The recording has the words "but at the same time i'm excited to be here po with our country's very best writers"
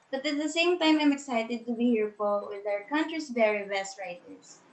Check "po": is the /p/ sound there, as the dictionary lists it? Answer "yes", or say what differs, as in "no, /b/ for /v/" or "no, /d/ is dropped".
no, /f/ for /p/